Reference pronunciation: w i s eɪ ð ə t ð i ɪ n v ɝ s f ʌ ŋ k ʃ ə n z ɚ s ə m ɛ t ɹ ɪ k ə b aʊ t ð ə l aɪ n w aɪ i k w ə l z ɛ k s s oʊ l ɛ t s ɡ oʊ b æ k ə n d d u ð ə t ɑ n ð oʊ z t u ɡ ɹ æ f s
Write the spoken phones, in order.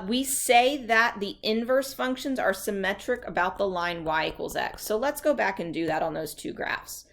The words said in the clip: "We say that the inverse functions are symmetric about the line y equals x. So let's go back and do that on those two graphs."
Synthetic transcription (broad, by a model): w i s eɪ ð ə t ð i ɪ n v ɝ s f ʌ ŋ k ʃ ə n z ɚ s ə m ɛ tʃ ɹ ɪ k ə b aʊ t ð ə l aɪ n w aɪ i k w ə l z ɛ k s s oʊ l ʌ t s ɡ oʊ b æ k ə n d d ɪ ð ə t n ð oʊ z t u ɡ ɹ æ f s